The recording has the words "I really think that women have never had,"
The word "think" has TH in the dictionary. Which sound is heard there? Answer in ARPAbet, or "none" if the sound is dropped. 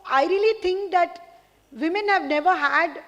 T